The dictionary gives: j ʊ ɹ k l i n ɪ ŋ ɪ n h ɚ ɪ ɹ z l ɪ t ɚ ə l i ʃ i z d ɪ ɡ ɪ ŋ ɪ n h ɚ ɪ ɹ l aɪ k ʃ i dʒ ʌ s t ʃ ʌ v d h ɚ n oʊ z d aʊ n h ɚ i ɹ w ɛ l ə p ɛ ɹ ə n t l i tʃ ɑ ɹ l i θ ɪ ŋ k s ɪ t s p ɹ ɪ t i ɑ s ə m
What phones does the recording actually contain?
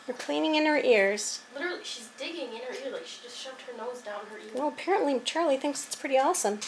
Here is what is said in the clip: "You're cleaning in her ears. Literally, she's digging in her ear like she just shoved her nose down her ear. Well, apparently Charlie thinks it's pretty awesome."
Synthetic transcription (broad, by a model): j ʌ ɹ k l i n ɪ ŋ ɪ n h ɚ ɪ ɹ z l ɪ t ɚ l i ʃ i z d ɪ ɡ ɪ ŋ ɪ n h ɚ ɪ ɹ l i ʃ i dʒ ʌ s t ʃ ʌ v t h ɚ n oʊ z d aʊ n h ɚ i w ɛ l ə p ɛ ɹ ə n t l i tʃ ɑ ɹ l i θ ɪ ŋ k s ɪ t s p ɹ ɪ t i ɑ s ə m